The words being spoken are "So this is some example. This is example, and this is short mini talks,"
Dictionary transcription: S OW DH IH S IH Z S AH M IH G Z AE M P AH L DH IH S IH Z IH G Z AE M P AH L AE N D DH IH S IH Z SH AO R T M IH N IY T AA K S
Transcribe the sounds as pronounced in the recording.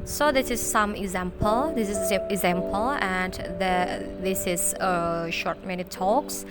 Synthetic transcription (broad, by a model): S OW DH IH S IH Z S AH M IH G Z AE M P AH L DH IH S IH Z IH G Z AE M P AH L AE N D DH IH S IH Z SH AO R T M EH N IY T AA K S